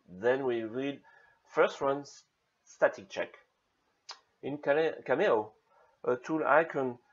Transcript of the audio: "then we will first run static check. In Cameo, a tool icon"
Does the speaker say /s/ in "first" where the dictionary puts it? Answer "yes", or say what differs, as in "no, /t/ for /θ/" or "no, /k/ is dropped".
yes